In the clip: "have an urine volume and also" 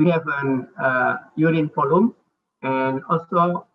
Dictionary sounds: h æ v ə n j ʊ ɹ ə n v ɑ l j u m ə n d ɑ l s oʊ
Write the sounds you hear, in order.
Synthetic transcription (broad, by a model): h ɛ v ə n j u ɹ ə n f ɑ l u m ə n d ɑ l s oʊ